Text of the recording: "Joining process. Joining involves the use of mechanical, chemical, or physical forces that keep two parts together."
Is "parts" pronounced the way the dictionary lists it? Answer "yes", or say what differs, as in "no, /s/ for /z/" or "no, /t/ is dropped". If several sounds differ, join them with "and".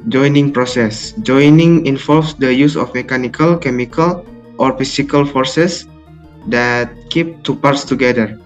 yes